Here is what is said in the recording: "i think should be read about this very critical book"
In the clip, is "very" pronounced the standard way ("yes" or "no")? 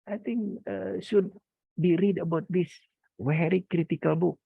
no